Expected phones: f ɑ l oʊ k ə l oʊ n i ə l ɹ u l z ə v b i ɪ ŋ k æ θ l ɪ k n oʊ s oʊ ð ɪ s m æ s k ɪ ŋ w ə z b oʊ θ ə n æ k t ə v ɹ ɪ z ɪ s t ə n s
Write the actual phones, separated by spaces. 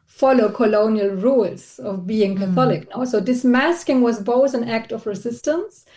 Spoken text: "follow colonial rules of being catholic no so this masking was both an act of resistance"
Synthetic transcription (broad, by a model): f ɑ l oʊ k ə l oʊ n i ə l ɹ u l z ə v b i ɪ ŋ k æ θ l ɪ k n oʊ s oʊ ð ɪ s m æ s k ɪ ŋ w ə z b oʊ θ ə n æ k t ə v ɹ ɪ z ɪ s t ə n s